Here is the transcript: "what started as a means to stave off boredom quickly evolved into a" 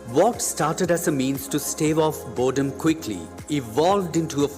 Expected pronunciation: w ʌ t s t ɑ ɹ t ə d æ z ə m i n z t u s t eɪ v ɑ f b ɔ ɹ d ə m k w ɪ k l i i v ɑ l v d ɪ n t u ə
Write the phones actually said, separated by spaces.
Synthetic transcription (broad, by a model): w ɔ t s t ɑ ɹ t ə d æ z ə m i n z t u s t eɪ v ɑ f b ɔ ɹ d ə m k w ɪ k l i i v ɑ l v d ɪ n t u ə